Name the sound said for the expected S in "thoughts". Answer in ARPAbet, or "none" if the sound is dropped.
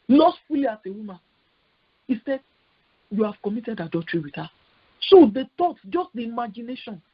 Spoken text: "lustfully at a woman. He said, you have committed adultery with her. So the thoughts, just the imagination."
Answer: none